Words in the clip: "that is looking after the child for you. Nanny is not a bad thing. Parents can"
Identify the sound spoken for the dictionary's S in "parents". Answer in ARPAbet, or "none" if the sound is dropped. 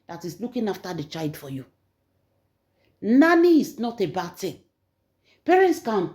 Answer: S